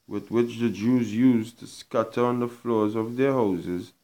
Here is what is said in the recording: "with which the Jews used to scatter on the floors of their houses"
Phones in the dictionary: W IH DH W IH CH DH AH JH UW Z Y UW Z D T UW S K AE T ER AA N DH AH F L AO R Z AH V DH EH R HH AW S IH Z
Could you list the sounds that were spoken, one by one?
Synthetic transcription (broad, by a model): W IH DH W IH CH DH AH JH UW Z Y UW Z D T UW S K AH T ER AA N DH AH F L AO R Z AH V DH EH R HH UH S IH Z